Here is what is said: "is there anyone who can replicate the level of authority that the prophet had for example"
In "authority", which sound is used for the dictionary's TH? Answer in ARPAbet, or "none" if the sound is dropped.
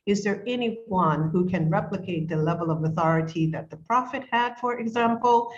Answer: TH